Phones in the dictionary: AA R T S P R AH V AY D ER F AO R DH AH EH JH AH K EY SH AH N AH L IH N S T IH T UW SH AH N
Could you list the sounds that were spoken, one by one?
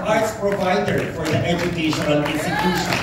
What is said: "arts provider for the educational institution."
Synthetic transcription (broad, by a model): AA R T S P R AH V AY D ER F AO R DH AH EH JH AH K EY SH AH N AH N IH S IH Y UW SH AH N